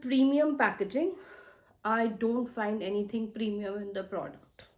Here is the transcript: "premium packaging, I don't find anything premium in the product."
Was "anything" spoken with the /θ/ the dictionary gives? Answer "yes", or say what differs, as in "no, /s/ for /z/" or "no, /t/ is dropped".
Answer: no, /t/ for /θ/